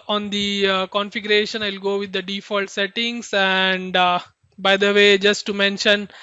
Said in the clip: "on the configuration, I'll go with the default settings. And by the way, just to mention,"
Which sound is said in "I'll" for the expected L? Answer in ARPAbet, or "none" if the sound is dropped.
L